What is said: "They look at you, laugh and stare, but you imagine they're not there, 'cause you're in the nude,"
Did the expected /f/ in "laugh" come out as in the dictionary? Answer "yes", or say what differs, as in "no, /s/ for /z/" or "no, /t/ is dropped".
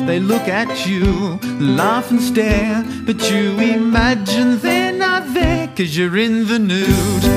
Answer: yes